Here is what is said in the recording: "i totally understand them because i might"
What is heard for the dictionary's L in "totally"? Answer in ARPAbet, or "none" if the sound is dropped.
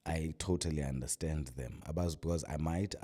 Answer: L